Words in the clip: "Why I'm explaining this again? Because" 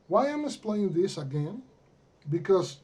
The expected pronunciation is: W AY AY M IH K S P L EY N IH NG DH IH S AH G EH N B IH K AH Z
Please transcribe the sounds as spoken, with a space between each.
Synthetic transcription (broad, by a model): W AY AY M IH S P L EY IH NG DH IH S AH G EH N B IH K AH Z